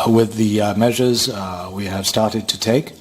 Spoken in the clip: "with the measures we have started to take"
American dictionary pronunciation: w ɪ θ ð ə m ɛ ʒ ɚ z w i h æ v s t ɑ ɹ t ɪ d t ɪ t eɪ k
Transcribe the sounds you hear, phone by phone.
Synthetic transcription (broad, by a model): w ɪ ð ə m ɛ ʒ ɚ z w i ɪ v s t ɑ ɹ t ɪ d t ɪ t eɪ k